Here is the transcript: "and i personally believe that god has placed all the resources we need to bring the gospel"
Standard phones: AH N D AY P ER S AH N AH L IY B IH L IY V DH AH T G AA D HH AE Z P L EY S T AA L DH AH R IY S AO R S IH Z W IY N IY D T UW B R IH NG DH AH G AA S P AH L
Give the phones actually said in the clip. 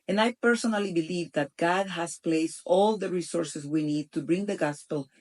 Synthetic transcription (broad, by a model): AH N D AY P ER S AH N AH L IY B IH L IY V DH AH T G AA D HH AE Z P L EY S T AA L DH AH R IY S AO R S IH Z W IY N IY D T UW B R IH NG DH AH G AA S P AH L